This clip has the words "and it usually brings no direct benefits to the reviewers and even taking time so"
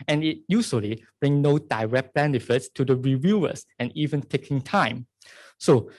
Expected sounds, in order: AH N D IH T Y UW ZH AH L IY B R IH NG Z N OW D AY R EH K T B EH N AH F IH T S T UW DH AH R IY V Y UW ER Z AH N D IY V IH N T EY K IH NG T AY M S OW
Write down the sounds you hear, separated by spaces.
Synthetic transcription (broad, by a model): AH N IH T Y UW S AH L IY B R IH NG N OW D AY R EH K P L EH N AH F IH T S T UW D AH R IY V Y UW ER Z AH N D IY V IH N T EY K IH NG T AY M S OW